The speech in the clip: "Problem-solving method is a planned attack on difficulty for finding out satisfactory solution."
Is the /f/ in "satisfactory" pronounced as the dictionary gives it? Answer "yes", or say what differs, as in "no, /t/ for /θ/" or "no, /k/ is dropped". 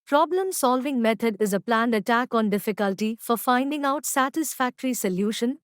yes